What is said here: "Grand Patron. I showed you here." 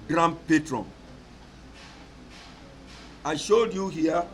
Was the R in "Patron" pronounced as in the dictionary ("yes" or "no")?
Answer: yes